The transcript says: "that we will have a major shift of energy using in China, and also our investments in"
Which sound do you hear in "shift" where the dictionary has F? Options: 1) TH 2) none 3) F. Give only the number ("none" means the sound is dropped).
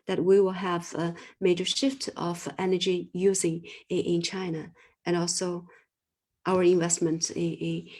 3